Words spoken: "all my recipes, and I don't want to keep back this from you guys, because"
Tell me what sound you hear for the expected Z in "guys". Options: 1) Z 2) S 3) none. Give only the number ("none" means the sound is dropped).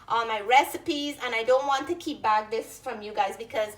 1